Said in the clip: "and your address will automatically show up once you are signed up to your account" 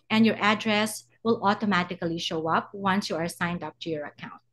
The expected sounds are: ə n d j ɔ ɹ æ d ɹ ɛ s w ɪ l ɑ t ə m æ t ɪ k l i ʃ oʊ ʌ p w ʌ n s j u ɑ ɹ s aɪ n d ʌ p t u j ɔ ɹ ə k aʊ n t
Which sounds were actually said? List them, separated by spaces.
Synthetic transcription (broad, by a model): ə n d j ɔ ɹ æ d ɹ ɛ s w ɪ l ɑ t ə m æ t ɪ k l i ʃ oʊ ʌ p w ʌ n s j u ɑ ɹ s aɪ n d ʌ p t u j ɔ ɹ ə k aʊ n t